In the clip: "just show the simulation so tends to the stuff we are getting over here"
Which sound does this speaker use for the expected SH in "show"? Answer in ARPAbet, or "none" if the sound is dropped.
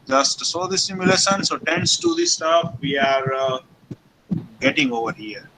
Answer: S